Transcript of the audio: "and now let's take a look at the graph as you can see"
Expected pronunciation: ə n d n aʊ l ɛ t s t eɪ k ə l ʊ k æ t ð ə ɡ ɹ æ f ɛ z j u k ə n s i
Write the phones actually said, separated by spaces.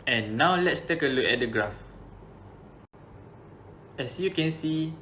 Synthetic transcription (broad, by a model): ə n n aʊ l ɛ t s t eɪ k ə l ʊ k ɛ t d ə ɡ ɹ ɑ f ɛ s j u k ə n s i